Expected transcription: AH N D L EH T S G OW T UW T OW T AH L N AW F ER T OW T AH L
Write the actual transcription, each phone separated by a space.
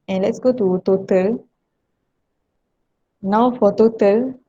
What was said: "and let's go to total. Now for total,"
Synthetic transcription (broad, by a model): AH N L EH T S G OW T UW T OW T AH L N AW F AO T OW T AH L